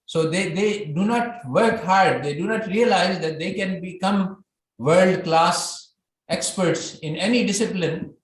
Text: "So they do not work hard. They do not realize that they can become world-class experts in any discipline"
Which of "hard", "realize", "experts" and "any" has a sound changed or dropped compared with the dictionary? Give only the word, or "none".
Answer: none